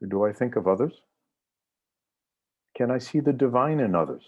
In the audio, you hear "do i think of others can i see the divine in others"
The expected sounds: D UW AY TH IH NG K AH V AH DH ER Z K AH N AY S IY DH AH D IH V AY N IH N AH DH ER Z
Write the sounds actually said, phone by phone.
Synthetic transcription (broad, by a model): D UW AY TH IH NG K AH V AH DH ER Z K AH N AY S IY DH AH D IH V AY N IH N AH DH ER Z